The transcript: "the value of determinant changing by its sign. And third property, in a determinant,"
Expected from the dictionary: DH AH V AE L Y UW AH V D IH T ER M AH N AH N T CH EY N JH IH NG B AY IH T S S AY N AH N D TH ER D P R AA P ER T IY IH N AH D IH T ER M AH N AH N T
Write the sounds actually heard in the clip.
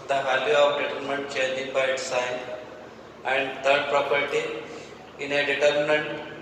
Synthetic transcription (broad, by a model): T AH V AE L Y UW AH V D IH T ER M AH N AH N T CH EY JH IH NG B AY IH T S S AY N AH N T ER D P R AA P ER T IY IH N AH D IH T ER M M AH N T